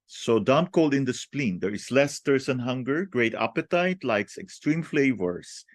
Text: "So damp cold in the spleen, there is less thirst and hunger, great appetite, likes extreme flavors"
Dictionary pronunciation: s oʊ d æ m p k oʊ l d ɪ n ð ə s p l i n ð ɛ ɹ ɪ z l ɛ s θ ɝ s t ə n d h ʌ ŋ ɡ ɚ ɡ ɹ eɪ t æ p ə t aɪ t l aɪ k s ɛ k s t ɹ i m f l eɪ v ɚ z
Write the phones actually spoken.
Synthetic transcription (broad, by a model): s oʊ d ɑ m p k oʊ l d ɪ n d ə s p l i n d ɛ ɹ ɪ s l ɛ s t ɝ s ə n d h ʌ ŋ ɡ ɚ ɡ ɹ eɪ t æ p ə t aɪ t l aɪ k s ɛ k s t ɹ i m f l eɪ v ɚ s